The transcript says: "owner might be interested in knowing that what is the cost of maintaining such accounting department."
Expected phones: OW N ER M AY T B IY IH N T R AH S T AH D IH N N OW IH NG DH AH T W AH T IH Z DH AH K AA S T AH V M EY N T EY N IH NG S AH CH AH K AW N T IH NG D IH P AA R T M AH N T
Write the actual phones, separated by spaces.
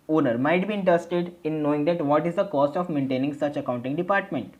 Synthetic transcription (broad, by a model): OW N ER M AY T B IY IH N T R AH S T AH D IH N N OW IH NG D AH T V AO T IH Z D AH K AA S T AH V M EY N T EY N IH NG S AH CH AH K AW N T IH NG D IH P AA R T M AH N T